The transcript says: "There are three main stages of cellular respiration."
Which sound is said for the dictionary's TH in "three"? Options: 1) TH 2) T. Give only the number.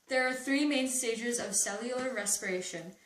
1